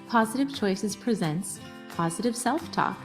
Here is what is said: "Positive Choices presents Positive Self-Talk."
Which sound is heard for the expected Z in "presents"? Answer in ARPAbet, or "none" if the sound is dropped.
Z